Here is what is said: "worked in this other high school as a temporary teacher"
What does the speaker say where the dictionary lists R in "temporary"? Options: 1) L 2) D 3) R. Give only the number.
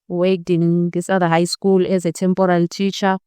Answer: 1